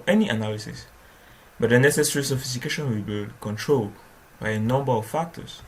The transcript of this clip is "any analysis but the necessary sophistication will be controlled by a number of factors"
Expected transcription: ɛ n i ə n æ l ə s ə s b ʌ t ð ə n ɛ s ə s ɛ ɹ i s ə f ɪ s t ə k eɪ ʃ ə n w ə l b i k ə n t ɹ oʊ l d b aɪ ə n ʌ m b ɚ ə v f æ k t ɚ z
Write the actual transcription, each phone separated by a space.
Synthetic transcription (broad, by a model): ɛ n i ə n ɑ l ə s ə s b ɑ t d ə n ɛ s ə s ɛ ɹ i s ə f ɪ s t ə k eɪ ʃ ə n w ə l b i k ə n t ɹ oʊ l d b aɪ ə n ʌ m b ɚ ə f f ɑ k t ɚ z